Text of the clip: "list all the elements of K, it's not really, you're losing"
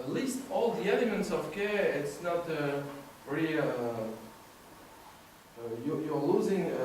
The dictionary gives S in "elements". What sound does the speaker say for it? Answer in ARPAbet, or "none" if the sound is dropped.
S